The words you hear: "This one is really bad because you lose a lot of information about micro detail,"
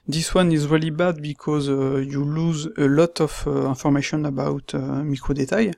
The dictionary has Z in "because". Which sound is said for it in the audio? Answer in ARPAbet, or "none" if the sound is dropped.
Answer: Z